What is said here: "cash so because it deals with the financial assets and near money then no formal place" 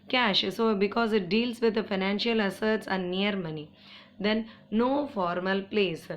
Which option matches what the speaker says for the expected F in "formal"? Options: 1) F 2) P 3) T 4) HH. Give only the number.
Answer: 1